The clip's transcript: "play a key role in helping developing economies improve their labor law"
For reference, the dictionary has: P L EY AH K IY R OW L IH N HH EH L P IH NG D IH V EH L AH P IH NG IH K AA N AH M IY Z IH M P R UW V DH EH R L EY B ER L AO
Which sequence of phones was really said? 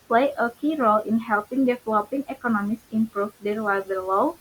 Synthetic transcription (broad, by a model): P L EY AH K IY R OW L IH N HH EH L P IH NG D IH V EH L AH P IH NG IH K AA N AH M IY S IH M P R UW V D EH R W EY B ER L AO